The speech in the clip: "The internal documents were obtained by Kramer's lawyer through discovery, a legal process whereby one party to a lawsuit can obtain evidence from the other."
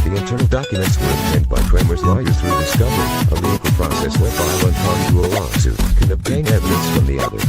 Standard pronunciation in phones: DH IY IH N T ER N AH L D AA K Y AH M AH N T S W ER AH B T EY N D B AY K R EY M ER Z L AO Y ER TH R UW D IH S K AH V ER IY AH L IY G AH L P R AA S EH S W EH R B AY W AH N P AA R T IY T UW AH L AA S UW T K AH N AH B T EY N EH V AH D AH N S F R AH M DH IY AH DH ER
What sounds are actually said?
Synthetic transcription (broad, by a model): DH IY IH N T ER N L D AA K Y AH M AH N T S W ER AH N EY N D B AY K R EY M ER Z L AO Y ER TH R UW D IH S K AH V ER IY AH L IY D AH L P R AA S EH S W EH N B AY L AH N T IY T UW AH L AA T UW K AH N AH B T EY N EH V AH D AH N S F R AH M DH IY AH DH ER